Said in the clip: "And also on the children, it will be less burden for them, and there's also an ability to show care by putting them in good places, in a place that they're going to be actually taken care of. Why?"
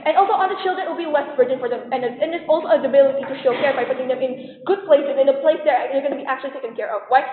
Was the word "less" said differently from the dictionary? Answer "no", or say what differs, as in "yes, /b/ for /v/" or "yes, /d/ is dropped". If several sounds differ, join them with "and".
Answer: yes, /w/ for /l/